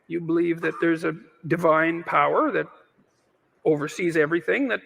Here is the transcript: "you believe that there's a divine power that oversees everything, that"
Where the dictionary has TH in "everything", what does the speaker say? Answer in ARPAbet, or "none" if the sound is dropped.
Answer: TH